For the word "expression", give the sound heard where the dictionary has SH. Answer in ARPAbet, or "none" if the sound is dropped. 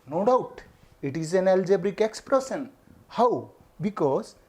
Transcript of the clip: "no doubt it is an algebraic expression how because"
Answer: S